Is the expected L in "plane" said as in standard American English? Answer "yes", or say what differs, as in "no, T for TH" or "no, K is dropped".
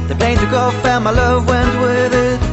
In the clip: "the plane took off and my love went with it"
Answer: no, L is dropped